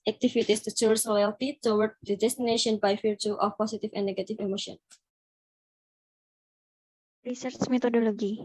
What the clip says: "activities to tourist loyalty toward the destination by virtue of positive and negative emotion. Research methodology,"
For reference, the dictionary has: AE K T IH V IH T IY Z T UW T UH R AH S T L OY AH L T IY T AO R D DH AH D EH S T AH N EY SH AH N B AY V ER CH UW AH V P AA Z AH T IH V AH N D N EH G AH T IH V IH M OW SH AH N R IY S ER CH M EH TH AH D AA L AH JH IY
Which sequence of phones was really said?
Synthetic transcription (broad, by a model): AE K T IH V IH T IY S T UW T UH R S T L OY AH L T IY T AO W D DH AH D EH S T AH N EY SH AH N B AY F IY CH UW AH F P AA S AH T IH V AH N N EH G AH T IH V IH M OW SH AH N R IY S ER CH M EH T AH D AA L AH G IY